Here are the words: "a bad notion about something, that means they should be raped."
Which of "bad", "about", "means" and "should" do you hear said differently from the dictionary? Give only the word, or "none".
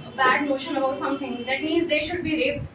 none